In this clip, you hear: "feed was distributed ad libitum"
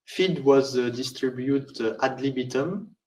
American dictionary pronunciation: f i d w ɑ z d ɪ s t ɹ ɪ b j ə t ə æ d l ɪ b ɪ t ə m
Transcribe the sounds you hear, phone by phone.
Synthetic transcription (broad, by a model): f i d w ɑ z d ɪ s t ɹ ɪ b j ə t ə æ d l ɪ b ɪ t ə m